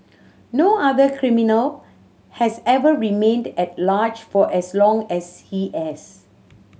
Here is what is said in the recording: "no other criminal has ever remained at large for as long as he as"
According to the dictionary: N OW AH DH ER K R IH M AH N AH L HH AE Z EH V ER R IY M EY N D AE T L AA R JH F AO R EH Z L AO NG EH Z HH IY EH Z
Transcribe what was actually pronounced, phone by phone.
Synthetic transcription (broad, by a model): N OW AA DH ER K R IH M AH N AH L HH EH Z EH V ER R IY M EY N D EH T L AA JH F AO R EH S L AO NG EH S HH IY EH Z